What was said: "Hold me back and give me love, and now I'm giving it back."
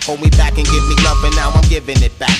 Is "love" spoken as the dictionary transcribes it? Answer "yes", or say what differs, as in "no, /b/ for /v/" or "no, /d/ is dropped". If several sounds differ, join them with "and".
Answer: no, /p/ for /v/